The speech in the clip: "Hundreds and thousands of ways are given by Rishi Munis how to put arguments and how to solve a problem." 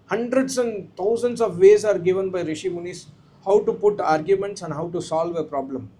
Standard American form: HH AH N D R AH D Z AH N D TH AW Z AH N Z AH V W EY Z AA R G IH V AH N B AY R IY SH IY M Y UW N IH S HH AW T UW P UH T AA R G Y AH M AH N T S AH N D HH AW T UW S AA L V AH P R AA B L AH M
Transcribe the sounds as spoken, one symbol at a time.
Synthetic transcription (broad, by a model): HH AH N D R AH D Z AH N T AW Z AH N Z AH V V EY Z AA R G IH V AH N B AY R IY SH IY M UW N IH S HH AW T UW P UH T AA R G Y AH M AH N T S AH N D HH AW T UW S AA L V AH P R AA B L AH M